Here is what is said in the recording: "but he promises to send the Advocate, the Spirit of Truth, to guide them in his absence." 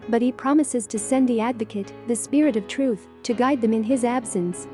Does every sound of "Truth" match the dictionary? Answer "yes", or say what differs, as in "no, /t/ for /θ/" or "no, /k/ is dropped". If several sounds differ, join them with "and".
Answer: yes